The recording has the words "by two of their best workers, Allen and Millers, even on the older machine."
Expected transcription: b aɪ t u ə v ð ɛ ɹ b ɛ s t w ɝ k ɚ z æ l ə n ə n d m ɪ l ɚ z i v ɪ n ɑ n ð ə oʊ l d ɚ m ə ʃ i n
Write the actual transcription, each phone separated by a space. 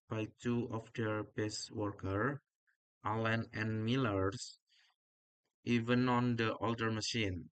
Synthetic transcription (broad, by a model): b aɪ t u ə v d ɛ ɹ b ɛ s w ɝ k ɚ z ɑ l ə n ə n m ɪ l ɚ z i v ɪ n ɑ n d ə oʊ l d ɚ m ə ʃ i n